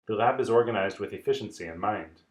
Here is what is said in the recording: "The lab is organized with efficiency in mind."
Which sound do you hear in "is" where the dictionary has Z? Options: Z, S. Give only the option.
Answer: Z